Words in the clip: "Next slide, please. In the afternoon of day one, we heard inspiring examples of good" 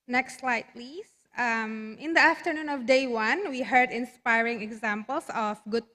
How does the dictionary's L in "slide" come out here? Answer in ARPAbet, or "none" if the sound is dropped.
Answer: L